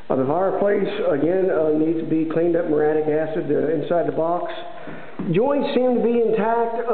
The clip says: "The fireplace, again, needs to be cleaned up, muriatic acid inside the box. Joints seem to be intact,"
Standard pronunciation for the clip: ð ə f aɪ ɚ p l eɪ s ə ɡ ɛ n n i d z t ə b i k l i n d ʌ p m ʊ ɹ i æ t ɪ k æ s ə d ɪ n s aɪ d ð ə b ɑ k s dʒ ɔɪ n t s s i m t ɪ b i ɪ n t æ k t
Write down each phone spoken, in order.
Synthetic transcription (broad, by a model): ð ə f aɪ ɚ p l eɪ s ə ɡ ɛ n n i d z t ə b i k l i n d ʌ p m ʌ ɹ æ t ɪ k æ s ə d ɪ n s aɪ d ð ə b ɑ k s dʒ ɔɪ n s s i m t ɪ b i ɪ n t æ k t